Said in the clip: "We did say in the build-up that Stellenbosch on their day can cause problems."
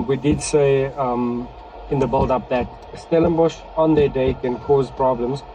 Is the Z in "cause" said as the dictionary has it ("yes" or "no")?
yes